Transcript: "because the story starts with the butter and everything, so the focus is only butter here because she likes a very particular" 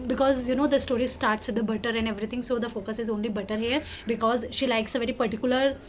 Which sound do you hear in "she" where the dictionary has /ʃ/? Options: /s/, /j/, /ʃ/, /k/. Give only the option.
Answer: /ʃ/